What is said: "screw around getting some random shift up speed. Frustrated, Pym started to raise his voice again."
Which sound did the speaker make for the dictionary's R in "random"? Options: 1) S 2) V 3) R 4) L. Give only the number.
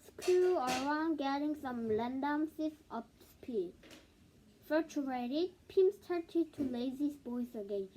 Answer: 4